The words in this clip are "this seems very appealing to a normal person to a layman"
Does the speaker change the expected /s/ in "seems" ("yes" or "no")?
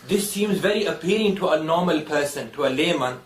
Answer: no